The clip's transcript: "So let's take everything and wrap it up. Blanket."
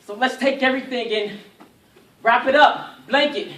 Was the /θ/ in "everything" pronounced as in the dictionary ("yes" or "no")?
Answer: yes